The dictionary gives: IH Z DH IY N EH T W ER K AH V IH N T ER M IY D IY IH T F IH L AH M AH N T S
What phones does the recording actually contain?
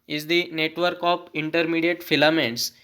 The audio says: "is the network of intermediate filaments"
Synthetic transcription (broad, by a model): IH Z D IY N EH T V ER K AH P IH N T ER M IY D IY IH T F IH L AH M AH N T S